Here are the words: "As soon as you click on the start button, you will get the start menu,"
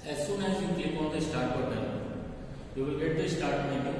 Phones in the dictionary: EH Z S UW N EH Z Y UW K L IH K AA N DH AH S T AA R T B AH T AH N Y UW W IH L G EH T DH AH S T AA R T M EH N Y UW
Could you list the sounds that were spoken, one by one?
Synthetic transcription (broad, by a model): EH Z S UW N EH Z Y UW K IH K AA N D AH S T AA R T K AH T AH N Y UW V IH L G EH T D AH S T AA R T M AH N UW